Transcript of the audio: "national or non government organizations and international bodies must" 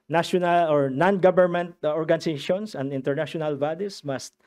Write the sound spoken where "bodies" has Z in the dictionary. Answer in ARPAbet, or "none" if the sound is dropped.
S